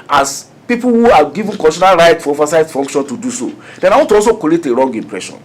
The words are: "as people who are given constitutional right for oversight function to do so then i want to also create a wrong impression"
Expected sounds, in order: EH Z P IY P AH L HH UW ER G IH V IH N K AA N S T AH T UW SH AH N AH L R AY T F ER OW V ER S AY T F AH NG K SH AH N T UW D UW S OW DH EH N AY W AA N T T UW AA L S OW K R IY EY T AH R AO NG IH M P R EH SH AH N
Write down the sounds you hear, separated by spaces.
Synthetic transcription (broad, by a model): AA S P IY P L HH UW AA G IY V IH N K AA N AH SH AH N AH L R AY T F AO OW V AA S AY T F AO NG K SH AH N T UW D UW S OW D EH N AY W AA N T T UW AA L S OW K IY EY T AH R AO NG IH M P R EH SH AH N